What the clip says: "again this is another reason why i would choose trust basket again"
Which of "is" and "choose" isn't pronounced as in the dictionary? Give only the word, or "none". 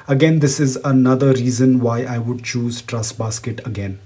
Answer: none